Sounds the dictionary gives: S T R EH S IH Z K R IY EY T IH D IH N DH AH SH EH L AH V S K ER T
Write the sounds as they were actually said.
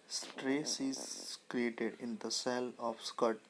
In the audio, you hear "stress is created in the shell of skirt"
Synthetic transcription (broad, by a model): S T R EH S IH Z K R IY EY T IH D IH N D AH S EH L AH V S K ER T